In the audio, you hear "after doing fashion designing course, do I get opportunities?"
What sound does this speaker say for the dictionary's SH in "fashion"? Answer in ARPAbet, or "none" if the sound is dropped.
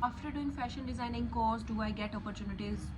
SH